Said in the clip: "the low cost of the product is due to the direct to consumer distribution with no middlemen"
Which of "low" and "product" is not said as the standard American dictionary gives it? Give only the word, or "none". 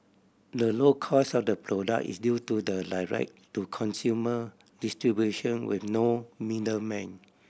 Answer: product